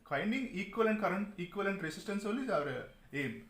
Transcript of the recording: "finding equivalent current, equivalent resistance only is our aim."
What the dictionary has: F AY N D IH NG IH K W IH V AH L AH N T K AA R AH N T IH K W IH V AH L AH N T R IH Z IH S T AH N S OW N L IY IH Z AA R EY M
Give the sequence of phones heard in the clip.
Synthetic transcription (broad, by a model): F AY N D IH NG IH K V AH L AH N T K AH R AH N T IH K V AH L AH N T R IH S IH S T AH N S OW L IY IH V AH R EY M